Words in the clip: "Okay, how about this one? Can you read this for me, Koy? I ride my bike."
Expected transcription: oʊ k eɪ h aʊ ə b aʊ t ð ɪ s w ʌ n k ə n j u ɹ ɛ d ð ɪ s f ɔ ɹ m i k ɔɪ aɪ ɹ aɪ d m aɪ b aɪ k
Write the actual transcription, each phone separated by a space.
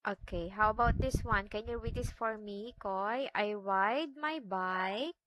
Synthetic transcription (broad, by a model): oʊ k eɪ h aʊ ə b aʊ t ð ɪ s w ʌ n k ə n j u w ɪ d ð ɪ s f ɔ ɹ m i k ɔɪ aɪ w aɪ d m aɪ b aɪ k